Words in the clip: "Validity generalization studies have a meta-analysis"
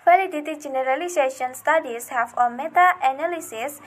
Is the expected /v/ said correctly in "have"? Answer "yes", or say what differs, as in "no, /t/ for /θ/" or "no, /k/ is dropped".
no, /f/ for /v/